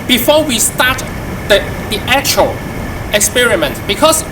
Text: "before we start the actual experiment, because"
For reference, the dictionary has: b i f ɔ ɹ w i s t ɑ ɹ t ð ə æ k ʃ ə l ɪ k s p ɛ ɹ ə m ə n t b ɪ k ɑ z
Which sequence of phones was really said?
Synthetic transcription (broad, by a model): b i f ɔ w i s t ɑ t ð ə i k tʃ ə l ɪ k s p ɛ ɹ ə m ə n t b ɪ k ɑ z